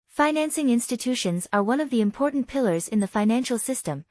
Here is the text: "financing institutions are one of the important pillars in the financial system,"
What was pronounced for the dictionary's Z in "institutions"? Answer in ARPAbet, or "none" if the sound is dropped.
Z